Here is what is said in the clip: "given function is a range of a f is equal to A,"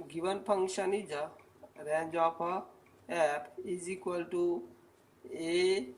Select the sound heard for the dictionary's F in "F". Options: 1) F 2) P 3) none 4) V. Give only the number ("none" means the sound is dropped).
2